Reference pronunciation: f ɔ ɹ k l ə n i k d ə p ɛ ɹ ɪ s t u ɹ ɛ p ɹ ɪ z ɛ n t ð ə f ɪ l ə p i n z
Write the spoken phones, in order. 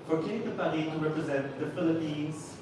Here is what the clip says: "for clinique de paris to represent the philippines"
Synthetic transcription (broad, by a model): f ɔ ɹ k ə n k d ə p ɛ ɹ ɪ t u ɹ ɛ p ɹ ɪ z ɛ n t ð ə f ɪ l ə p i n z